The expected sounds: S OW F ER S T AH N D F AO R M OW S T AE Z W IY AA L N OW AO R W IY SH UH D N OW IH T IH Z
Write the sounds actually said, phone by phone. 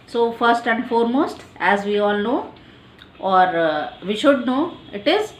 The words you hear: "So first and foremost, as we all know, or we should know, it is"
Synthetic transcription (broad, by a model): S OW F ER S T AH N D F AO R M OW S T AE Z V IY AA L N OW AO R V IY SH UH D N OW IH T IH Z